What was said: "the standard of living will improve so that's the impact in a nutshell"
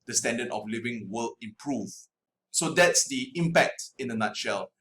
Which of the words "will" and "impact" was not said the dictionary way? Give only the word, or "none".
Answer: none